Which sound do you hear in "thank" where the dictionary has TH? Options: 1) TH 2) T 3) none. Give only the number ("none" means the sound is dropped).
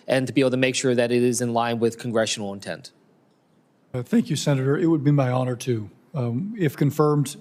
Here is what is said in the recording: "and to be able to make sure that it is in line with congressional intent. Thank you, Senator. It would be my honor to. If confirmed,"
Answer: 1